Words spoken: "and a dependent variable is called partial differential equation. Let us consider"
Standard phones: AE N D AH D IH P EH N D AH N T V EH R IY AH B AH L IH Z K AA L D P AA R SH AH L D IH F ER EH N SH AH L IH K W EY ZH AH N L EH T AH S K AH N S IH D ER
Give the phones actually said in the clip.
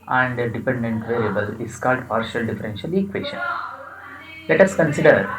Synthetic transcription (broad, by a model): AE N D AH D IH P EH N D AH N T V EH R IY AH B AH L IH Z K AA L D P AA R SH AH L D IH F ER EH N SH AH L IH K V EY SH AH N L EH T AH S K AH N S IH D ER